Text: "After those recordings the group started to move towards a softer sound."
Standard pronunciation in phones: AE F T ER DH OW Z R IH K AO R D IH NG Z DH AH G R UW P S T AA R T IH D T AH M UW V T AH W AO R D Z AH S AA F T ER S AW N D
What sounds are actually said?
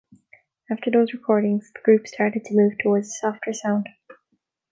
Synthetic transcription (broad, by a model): AE F T ER DH OW Z R IH K AO R D IH NG Z DH AH G R UW P S T AA R T IH D T AH M UW V T AH W AO R D Z AH S AA F T ER S AW N D